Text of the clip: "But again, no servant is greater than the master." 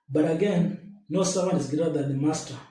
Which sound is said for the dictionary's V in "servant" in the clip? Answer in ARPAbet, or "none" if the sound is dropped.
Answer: W